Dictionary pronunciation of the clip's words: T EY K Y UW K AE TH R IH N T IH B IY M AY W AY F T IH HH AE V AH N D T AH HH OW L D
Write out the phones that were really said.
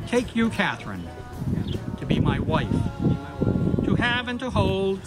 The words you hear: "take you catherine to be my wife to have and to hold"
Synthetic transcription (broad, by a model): T EY K Y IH K AE TH R IH N T IH B IY M AY W AY F T IH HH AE V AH N T AH HH OW L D